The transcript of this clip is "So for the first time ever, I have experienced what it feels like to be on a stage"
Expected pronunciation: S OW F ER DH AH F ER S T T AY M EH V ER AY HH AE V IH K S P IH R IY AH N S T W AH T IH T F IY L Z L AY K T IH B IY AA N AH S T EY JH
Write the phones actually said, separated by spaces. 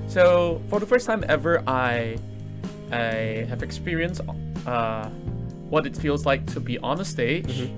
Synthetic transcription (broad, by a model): S OW F ER DH AH F ER S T T AY M EH V ER AY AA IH V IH K S P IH R IY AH N S T W AH T IH T F IY L Z L AY K T IH B IY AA N AH S T EY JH